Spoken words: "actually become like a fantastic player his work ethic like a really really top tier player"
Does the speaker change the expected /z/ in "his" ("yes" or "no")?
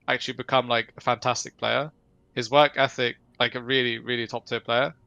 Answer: no